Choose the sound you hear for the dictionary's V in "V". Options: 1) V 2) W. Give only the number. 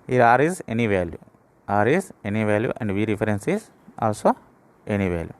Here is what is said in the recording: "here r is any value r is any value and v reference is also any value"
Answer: 1